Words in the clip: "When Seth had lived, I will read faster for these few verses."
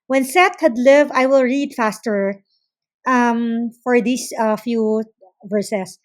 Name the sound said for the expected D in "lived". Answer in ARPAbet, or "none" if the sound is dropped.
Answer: none